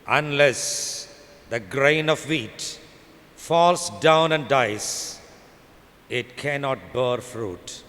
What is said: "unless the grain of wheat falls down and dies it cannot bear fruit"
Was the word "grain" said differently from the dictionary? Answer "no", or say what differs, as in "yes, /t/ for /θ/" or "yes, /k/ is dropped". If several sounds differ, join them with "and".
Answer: no